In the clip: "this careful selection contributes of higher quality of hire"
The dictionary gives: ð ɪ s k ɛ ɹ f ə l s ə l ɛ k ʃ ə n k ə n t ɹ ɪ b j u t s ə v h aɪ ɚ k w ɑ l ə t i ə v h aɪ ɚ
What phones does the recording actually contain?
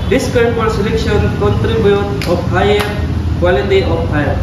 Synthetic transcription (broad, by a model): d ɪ s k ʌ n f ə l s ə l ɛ k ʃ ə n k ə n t ɹ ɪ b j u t ə p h aɪ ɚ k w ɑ l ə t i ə p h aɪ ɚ